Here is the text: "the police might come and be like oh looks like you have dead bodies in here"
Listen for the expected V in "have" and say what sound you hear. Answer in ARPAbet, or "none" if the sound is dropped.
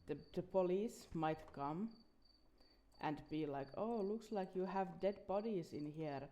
V